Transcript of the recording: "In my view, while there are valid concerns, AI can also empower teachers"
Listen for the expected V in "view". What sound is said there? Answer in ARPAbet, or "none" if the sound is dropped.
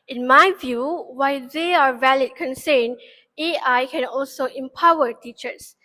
V